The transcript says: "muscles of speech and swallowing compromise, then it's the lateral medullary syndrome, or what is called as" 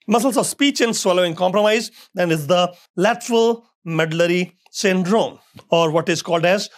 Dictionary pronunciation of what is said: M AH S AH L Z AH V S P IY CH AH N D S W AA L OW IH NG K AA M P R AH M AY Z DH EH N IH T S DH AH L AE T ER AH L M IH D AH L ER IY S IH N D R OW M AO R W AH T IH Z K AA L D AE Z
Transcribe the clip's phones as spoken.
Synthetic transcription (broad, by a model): M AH S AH L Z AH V S P IY CH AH N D S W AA L OW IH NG K AA M P R AH M AY Z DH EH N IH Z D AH L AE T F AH L M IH D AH L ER IY S IH N D R OW M AO R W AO T IH Z K AA L D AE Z